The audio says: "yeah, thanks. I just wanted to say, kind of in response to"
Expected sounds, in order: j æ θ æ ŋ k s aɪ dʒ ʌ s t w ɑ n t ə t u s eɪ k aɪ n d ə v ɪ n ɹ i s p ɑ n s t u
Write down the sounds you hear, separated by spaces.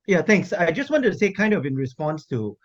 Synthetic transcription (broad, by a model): j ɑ t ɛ ŋ k s aɪ dʒ ʌ s t w ɑ n t ə t u s eɪ k aɪ n d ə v ɪ n ɹ i s p ɑ n s t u